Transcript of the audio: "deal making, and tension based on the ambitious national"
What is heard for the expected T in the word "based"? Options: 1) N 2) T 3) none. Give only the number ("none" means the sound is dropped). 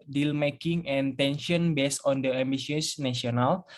3